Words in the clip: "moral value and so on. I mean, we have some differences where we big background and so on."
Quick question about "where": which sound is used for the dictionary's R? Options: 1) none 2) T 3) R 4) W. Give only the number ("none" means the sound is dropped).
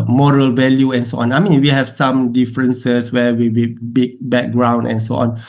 4